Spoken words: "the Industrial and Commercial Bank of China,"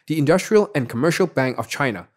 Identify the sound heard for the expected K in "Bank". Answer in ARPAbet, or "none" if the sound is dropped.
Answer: K